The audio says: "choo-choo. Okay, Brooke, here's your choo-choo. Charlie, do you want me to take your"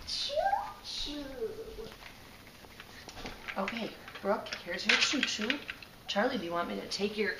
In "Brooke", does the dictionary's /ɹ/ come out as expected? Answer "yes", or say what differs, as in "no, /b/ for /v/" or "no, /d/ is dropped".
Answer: yes